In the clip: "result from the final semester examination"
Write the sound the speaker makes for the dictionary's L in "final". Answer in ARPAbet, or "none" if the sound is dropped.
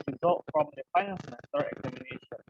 N